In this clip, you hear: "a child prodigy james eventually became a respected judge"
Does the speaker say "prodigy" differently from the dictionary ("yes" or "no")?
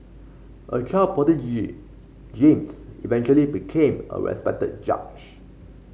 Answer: yes